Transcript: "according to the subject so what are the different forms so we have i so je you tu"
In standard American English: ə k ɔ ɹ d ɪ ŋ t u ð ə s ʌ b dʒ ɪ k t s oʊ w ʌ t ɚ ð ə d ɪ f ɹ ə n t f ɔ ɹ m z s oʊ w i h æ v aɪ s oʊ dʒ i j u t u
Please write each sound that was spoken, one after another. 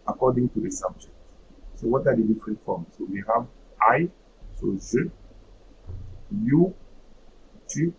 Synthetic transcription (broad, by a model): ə k ɔ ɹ d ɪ ŋ t u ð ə s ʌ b dʒ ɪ k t s oʊ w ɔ t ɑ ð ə d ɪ f ɹ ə n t f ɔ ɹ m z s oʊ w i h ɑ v aɪ s oʊ z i j u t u